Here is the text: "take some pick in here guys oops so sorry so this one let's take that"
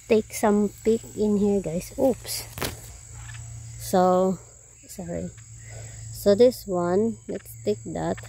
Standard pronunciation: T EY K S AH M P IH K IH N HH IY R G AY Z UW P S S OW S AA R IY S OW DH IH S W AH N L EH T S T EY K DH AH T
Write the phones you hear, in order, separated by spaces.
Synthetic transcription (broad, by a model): T EY K S AH M P IH K IH N HH IY R G AY S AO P S S OW S AA R IY S OW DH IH S W AH N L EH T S T EY K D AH T